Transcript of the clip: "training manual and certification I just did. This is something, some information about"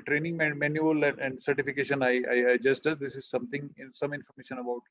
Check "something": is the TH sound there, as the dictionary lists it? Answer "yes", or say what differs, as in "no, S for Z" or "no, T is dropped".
no, T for TH